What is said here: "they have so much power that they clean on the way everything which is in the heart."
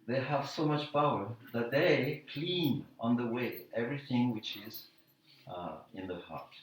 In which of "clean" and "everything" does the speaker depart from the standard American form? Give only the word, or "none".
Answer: none